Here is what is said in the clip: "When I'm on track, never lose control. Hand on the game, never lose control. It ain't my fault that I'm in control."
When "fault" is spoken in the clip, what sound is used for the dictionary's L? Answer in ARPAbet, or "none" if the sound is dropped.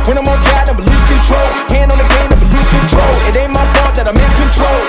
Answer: none